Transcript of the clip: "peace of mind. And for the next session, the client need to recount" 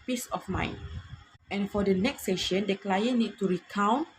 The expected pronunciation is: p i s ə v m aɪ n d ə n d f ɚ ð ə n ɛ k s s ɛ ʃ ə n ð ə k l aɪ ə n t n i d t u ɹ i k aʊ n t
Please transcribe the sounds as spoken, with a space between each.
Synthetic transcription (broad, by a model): p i s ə f m aɪ n ə n f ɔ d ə n ɛ k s s ɛ ʃ ə n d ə k l aɪ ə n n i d t u ɹ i k aʊ n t